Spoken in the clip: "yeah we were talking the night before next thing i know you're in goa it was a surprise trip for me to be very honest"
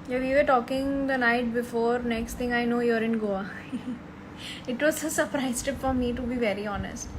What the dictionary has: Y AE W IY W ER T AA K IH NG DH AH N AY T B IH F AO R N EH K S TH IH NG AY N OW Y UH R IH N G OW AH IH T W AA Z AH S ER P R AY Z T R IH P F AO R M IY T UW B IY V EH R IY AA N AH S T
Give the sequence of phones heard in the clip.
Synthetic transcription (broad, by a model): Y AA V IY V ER T AA K IH NG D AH N AY T B IH F AO R N EH K S T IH NG AY N OW Y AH R IH N G OW AH IH T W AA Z AH S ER P R AY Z T IH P F AO R M IY T UW B IY V EH R IY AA N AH S T